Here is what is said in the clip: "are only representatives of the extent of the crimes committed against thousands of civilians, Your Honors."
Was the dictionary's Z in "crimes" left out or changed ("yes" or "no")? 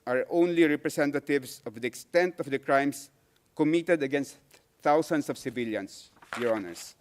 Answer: yes